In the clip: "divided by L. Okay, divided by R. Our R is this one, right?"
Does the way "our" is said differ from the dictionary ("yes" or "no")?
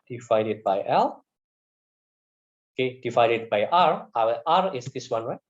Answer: yes